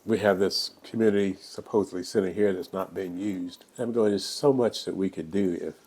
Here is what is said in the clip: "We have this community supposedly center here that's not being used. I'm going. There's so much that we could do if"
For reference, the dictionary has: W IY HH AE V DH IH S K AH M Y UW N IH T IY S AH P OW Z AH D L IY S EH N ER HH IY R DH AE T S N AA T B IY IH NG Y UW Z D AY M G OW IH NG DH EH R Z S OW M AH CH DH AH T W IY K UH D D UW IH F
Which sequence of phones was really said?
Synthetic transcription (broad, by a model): W IY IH V DH IH S K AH M Y UW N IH T IY S AH P OW Z AH D L IY S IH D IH HH IY R DH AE T S N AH T B IY IH NG Y UW Z D AY M G OW IH NG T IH S OW M AH CH DH AH T W IY K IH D D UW IH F